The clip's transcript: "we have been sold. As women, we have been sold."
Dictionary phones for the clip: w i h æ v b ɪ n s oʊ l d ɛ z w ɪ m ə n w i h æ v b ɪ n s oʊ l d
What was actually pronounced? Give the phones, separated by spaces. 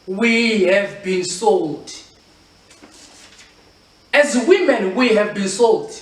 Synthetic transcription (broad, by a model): w i h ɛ v b ɪ n s oʊ l d ɛ z w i m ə n w i h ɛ v b ɪ n s oʊ l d